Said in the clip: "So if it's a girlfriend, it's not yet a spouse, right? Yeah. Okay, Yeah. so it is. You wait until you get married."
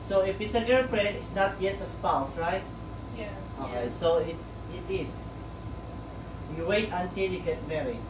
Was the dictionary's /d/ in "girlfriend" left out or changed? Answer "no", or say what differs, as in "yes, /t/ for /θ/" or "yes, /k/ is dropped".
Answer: yes, /d/ is dropped